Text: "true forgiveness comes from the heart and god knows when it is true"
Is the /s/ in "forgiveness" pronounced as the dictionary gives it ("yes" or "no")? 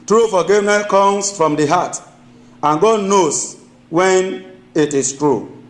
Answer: no